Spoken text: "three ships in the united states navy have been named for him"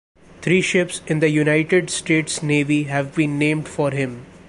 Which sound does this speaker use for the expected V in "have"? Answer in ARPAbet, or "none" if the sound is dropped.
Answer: V